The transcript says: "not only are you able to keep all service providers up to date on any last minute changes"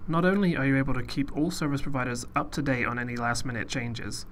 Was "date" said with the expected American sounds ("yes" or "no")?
no